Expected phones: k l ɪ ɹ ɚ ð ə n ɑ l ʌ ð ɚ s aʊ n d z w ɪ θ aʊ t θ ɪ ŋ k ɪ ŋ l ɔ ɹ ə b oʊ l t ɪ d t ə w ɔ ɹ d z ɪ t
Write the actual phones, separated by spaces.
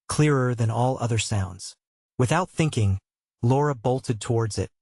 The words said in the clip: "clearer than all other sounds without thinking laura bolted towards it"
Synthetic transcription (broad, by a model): k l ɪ ɹ ɚ ð ə n ɑ l ʌ ð ɚ s aʊ n d z w ɪ θ aʊ t θ ɪ ŋ k ɪ ŋ l ɔ ɹ ə b oʊ l t ɪ d t ə w ɔ ɹ d z ɪ t